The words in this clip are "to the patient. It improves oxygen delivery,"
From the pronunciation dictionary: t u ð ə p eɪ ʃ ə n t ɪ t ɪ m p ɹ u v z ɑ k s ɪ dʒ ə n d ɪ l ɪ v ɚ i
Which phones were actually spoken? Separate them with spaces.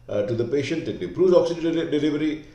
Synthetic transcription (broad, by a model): t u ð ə p eɪ ʃ ə n t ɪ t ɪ p ɹ u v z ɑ k s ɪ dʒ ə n d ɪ l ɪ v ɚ i